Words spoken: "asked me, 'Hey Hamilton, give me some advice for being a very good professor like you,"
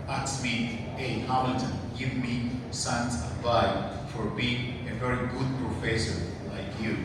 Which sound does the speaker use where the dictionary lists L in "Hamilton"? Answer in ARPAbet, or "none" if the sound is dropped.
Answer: none